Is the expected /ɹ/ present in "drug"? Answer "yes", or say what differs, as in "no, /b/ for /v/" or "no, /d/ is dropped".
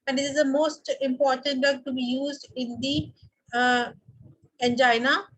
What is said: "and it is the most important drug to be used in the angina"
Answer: no, /ɹ/ is dropped